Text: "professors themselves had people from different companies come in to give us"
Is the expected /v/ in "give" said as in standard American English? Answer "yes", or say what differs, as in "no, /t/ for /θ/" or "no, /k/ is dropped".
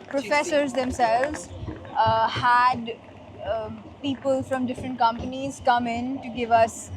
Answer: yes